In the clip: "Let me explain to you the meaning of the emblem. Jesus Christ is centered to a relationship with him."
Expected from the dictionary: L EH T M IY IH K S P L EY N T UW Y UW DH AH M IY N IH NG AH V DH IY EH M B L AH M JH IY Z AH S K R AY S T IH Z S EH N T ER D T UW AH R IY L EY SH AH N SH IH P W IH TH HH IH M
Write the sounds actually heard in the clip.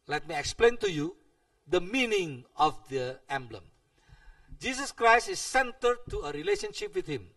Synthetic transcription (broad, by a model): L EH T M IY IH K S P L EY N T UW Y UW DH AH M IY N IH NG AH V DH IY EH M B L AH M JH IY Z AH S K R AY S T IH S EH N T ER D T UW AH R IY L EY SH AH N SH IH P W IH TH HH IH M